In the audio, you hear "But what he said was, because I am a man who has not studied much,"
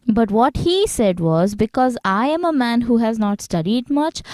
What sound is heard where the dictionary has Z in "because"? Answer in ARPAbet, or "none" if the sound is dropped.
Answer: Z